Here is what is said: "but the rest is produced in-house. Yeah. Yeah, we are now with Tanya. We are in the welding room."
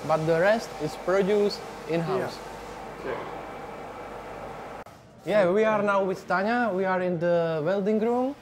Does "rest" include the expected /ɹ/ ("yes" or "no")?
yes